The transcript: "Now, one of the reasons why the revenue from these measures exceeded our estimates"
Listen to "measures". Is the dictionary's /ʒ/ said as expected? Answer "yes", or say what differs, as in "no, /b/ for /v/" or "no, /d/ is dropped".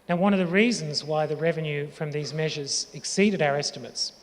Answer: yes